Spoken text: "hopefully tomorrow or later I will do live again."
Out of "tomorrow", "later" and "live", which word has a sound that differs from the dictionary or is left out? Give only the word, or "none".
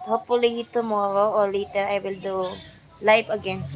live